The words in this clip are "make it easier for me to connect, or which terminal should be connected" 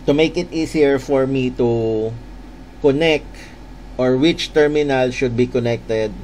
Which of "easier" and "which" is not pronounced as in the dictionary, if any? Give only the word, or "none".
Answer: easier